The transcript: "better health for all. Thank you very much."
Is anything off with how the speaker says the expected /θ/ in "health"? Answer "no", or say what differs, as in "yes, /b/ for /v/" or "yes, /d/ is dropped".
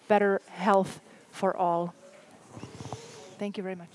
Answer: no